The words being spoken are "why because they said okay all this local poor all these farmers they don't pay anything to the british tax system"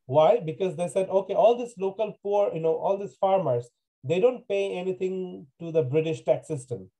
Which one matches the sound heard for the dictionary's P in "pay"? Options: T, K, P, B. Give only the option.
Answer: P